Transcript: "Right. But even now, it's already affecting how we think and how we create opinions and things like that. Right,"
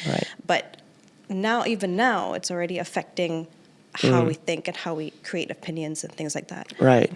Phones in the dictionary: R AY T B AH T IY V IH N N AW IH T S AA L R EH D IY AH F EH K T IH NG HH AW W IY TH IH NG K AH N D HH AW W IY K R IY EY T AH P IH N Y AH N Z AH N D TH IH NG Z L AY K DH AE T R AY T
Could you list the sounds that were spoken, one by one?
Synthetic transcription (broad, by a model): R AY T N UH T IY V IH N N AW IH T S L R EH D IY AH F EH K T IH NG HH AW W IY TH IH NG K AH N HH AW W IY K R IY EY T AH P IH N Y AH N Z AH N TH IH NG Z L AY K DH AE T R AY T